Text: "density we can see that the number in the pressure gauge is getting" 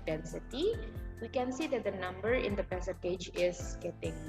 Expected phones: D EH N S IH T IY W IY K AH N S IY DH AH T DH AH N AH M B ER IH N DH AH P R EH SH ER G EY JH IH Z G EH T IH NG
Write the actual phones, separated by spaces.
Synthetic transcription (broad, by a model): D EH N S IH T IY W IY K AH N S IY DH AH T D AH N AH M B ER IH N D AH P EH S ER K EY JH IH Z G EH T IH NG